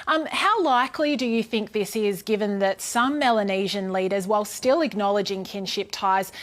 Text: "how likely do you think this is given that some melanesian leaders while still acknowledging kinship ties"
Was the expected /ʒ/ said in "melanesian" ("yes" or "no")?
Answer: yes